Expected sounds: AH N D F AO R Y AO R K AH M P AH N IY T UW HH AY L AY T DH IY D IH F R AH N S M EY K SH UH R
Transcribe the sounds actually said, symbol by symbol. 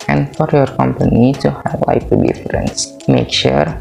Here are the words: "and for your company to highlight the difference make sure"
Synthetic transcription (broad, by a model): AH N D F AO R Y AO R K AH M P AH N IY T UW HH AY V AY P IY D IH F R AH N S M EY K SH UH R